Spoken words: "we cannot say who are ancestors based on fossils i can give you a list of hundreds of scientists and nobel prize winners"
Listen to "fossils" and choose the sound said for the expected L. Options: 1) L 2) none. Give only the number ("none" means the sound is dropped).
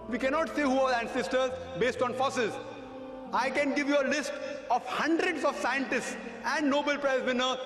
2